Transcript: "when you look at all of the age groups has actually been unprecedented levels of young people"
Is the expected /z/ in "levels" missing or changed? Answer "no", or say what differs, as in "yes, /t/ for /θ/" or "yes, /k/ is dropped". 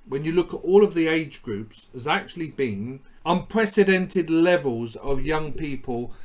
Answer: no